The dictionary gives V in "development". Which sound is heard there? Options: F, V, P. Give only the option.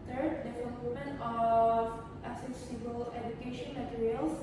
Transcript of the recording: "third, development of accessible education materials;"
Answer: F